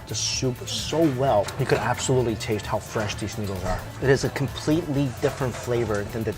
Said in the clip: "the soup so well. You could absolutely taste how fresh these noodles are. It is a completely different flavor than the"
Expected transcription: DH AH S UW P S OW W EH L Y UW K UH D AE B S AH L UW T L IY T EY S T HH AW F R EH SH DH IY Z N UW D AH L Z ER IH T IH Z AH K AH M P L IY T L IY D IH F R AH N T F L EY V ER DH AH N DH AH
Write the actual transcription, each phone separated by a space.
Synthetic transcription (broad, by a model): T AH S UW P S OW W EH L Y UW K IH D AE B S AH L UW T L IY T EY S T HH AW F R EH SH DH IY Z N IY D L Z ER IH T IH Z AH K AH M P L IY T L IY D IH F R AH N T F L EY V ER DH AH N DH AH